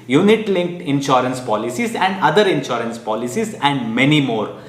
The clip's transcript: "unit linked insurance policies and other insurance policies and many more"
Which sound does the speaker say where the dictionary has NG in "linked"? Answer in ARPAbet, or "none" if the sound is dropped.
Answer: NG